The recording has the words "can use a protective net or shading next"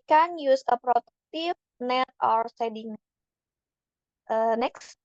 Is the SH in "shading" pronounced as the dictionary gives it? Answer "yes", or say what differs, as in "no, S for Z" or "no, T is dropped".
no, S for SH